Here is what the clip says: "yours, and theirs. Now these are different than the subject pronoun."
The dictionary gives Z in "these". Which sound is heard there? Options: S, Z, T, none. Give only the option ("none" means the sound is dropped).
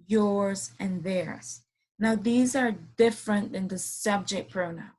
Z